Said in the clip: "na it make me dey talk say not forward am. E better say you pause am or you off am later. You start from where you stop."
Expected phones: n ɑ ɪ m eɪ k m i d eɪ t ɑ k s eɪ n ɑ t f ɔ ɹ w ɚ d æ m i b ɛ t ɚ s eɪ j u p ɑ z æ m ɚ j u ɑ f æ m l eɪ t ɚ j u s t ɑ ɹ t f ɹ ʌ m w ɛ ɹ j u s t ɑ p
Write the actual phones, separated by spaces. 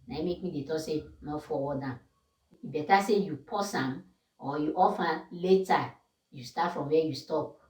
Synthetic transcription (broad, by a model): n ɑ m eɪ k m i d eɪ t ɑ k s eɪ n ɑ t f ɔ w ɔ d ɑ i b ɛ t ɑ s eɪ j u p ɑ s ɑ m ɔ j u ɑ f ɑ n l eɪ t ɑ j u s t ɑ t f ɹ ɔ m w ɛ j u s t ɑ p